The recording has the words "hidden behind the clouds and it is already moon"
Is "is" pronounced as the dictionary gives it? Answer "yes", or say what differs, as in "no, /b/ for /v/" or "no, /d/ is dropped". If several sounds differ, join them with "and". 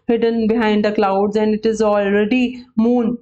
yes